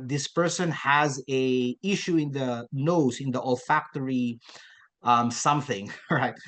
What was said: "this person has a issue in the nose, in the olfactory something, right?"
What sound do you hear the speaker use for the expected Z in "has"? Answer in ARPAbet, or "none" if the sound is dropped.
Z